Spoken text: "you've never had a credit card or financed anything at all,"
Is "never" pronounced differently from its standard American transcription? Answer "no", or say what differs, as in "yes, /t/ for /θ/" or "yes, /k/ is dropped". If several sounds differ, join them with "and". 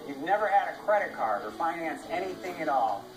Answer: no